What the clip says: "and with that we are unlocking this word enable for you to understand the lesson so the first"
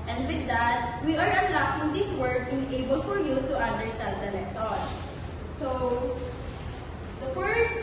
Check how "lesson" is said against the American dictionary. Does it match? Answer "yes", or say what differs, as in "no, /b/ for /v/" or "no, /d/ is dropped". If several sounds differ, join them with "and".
no, /n/ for /l/